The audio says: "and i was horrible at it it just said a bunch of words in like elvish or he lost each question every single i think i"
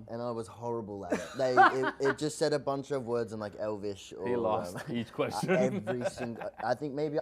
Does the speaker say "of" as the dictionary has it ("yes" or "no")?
yes